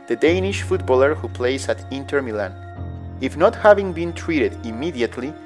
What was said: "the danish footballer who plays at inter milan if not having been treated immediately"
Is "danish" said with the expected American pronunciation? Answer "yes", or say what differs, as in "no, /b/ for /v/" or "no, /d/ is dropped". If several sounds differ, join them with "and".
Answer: yes